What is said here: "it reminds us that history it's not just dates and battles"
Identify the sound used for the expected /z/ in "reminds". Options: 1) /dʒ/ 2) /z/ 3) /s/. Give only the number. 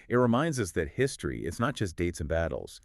2